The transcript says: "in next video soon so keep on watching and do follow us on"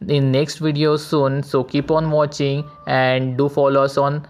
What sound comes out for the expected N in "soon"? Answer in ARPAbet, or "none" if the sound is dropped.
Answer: N